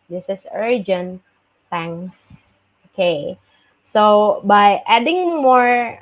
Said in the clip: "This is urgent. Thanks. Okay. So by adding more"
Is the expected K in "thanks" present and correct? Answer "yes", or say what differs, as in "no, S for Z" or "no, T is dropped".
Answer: no, K is dropped